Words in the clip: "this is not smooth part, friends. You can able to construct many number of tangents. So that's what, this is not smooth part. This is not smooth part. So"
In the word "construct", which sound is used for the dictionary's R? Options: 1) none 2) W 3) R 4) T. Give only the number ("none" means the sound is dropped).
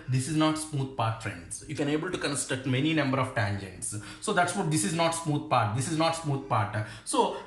1